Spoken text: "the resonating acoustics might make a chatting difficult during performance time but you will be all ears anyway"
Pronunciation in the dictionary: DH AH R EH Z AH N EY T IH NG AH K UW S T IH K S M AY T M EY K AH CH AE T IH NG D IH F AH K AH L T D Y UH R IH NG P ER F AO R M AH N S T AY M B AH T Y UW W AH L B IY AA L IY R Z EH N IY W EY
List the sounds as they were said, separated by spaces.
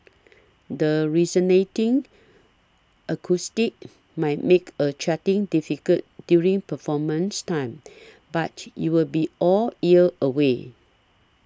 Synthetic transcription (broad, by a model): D AH R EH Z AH N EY T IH NG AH K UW S T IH K M AY T M EY K AH CH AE T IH NG D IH F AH K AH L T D Y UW R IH NG P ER F AO M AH N S T AY M B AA T Y UW W AH L B IY AA L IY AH IY W EY